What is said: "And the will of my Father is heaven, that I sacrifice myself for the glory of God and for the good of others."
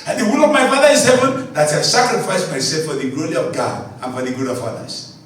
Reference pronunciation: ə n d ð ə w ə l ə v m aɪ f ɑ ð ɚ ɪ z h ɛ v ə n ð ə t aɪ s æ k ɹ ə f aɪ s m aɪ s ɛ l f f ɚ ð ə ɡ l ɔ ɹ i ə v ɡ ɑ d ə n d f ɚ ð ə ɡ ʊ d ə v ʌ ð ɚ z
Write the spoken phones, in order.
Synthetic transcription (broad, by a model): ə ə w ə n ə v m aɪ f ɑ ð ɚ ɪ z h ɛ v ə n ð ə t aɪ s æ k ɹ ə f aɪ s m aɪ s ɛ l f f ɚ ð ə ɡ l ɔ ɹ i ə v ɡ ɑ d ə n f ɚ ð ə ɡ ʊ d ə v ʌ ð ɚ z